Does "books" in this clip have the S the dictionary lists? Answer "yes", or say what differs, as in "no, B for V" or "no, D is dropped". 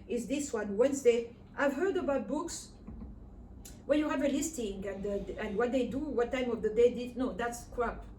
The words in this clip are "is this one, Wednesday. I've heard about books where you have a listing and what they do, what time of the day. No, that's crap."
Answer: yes